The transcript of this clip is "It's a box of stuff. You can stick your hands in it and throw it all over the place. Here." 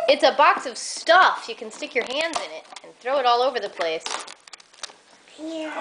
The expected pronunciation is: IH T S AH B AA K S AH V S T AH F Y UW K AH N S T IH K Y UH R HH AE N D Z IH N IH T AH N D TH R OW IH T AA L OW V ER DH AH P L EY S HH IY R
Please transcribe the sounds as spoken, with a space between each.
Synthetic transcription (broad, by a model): IH T S AH B AA K S AH V S T AH F Y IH K N S T IH K Y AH R HH AE N D Z IH N IH T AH N TH R OW IH T AA L OW V ER DH AH P L EY S